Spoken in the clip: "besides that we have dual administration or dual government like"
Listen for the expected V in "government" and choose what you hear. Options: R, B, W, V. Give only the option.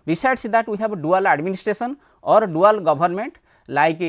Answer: B